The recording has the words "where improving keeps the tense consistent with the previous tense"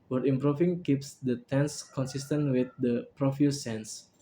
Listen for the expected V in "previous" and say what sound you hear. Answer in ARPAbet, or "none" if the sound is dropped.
F